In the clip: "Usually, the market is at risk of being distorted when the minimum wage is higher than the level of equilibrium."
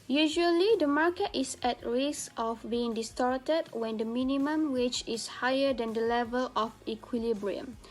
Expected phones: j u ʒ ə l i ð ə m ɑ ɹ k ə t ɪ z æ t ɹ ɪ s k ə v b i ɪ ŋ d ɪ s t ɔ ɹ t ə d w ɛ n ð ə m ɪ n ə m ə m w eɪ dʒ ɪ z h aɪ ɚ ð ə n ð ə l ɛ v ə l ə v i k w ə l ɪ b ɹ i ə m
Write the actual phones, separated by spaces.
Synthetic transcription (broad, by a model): j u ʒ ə l i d ə m ɑ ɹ k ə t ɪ s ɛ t ɹ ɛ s ə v b i ɪ ŋ d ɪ s t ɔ ɹ t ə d w ɛ n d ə m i n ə m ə m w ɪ tʃ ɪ s h aɪ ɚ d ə n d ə l ɛ v ə l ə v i k w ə l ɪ b ɹ i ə m